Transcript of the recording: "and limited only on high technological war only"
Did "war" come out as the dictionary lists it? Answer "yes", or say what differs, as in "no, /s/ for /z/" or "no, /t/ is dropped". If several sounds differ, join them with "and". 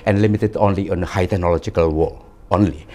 no, /l/ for /ɹ/